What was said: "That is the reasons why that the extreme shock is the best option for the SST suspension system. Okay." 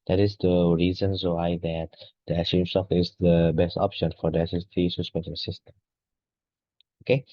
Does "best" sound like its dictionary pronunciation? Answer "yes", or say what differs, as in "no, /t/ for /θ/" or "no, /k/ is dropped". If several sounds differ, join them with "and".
yes